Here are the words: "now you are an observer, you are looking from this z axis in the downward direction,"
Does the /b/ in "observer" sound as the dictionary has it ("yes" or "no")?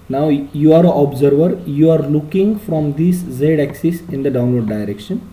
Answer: yes